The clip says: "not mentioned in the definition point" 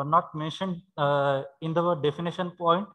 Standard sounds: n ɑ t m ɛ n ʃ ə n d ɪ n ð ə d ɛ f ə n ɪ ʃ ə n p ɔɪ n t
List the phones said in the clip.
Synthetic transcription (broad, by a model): n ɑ t m ɛ n ʃ ə n d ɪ n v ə d ɛ f ə n ɪ ʃ ə n p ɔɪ n t